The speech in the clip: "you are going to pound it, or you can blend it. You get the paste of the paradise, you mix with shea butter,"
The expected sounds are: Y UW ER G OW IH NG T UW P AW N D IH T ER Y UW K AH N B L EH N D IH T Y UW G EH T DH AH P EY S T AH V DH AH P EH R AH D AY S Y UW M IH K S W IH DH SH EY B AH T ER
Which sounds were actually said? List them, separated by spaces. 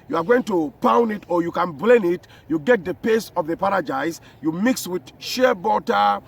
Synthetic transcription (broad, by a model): Y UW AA G OW IH NG T UW P AW N D IH T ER Y UW K AH N B L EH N IH T Y UW G EH T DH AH P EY S AH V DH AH P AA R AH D AY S Y UW M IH K S W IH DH SH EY B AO T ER